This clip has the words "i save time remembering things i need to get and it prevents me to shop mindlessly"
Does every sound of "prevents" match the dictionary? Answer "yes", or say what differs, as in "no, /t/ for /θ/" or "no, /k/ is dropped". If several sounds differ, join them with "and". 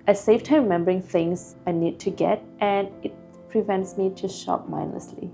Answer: yes